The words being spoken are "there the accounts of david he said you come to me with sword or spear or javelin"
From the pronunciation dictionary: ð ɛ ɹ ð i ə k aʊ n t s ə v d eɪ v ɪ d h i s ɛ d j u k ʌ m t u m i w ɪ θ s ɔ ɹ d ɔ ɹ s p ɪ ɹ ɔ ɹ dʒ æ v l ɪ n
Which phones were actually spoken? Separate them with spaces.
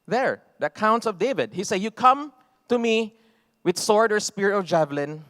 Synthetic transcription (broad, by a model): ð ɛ ɹ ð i ə k aʊ n t s ə v d eɪ v ɪ d h i s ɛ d j u k ʌ m t u m i w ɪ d s ɔ ɹ d ɔ ɹ s p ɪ ɹ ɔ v dʒ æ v l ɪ n